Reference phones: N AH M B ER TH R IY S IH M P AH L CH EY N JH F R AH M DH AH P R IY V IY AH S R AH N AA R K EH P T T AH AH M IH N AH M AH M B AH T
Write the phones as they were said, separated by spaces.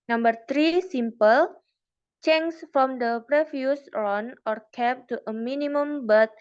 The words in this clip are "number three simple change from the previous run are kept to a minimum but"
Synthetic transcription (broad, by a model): N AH M B ER T R IY S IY M P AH L CH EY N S F R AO M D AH P R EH F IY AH S R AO N AA R K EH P T T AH AH M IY N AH M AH M B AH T